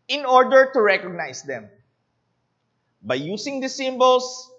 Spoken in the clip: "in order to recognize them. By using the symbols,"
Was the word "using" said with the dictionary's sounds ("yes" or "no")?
no